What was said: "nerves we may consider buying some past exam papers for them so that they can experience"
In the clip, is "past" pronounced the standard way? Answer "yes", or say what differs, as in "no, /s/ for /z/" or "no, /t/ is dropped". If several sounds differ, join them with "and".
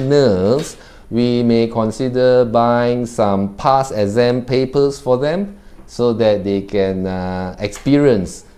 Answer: no, /t/ is dropped